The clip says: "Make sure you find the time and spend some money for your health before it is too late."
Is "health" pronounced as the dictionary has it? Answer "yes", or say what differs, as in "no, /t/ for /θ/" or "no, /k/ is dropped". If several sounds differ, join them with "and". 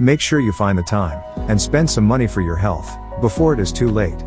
yes